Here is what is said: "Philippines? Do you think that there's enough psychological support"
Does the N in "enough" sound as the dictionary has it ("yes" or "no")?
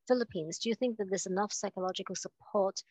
yes